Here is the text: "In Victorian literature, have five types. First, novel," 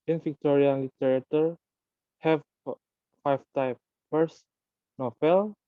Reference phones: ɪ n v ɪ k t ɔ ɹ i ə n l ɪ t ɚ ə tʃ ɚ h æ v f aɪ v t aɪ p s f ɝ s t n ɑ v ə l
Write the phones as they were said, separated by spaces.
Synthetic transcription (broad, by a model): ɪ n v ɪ k t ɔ ɹ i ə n l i t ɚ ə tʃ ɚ h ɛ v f aɪ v t aɪ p f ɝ s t n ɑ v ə l